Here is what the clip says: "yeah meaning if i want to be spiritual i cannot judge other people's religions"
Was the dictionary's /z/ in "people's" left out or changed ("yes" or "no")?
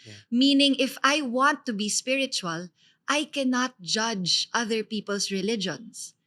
yes